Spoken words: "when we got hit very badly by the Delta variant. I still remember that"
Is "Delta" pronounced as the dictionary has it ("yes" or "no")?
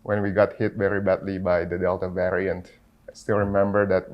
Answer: yes